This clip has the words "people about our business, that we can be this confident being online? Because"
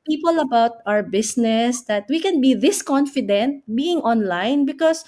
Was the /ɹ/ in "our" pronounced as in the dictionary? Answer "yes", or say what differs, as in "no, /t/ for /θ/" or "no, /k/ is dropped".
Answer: yes